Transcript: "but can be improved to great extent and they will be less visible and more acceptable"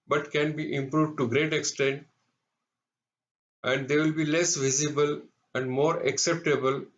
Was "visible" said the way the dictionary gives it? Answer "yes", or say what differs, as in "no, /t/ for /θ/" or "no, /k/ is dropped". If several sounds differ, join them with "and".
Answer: yes